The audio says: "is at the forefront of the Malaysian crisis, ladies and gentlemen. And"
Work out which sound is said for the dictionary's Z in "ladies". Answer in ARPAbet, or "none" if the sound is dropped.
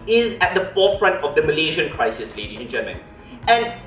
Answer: none